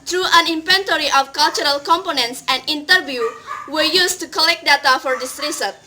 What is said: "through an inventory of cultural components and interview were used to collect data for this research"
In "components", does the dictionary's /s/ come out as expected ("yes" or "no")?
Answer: yes